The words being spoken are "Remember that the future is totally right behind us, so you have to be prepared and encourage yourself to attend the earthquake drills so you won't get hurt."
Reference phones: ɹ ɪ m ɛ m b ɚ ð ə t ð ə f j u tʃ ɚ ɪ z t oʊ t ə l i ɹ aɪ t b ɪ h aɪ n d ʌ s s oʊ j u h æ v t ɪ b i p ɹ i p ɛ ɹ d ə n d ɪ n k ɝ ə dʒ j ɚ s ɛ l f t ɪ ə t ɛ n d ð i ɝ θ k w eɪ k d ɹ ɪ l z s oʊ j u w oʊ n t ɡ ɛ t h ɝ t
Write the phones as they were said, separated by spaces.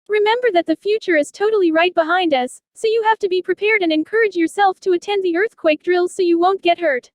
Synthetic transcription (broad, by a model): ɹ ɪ m ɛ m b ɚ ð ə t ð ə f j u tʃ ɚ ɪ z t oʊ t l i ɹ aɪ t b ɪ h aɪ n d ʌ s s oʊ j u h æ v t ɪ b i p ɹ i p ɛ ɹ d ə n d ɪ n k ɝ ə dʒ j ɚ s ɛ l f t ɪ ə t ɛ n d ð i ɝ θ k w eɪ k d ɹ ɪ l z s oʊ j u w oʊ n ɡ ɛ t h ɝ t